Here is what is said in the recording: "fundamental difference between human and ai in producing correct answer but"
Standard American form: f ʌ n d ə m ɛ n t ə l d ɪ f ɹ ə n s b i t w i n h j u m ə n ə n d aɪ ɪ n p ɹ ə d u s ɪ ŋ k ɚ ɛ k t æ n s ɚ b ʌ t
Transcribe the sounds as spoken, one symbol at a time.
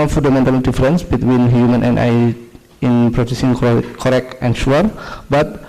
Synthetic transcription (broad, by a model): f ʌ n d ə m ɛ n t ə l d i f ɹ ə n s b i t w i n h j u m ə n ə n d aɪ ɪ n p ɹ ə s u s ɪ ŋ k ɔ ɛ k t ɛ n ʃ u b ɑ t